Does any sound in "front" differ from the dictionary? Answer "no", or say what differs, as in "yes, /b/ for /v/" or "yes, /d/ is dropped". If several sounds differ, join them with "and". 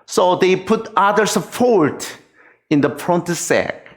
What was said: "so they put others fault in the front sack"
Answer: yes, /p/ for /f/